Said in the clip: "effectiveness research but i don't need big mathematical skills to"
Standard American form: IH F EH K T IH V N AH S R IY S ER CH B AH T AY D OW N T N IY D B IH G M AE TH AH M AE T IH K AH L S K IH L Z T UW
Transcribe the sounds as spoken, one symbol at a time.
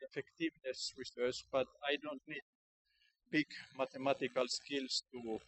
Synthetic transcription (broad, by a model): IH F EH K T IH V N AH S R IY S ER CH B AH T AY D OW N T N IY D B IH G M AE T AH M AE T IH K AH L S K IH L S T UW